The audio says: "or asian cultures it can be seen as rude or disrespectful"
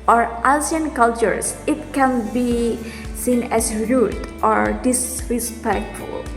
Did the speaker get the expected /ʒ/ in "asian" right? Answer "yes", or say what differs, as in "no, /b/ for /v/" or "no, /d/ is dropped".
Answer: no, /s/ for /ʒ/